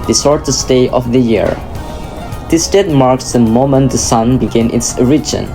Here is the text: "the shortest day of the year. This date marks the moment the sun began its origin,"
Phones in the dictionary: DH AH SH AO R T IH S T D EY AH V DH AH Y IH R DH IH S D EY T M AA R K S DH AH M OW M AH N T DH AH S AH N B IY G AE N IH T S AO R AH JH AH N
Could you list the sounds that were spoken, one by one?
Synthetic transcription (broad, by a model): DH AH S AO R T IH S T EY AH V DH AH Y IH R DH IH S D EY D M AA R K S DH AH M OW M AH N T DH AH S AH N B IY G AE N IH T S R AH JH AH N